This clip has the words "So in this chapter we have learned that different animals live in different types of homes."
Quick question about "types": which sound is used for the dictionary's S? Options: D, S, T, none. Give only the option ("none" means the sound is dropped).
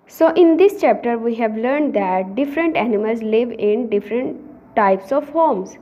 S